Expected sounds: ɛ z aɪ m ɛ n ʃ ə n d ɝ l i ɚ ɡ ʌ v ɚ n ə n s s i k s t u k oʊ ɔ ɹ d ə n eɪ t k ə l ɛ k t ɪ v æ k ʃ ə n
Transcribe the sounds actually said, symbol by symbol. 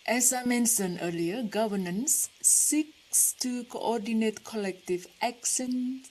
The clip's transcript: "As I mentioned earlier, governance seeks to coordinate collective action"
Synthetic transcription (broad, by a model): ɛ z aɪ m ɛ n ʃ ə n ɝ l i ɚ ɡ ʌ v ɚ n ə n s s i k s t u k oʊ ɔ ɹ d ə n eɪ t k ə l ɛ k t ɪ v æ k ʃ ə n